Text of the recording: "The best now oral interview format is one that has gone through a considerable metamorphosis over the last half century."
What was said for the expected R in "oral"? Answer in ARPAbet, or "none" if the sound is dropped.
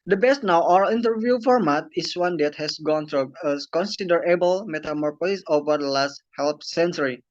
none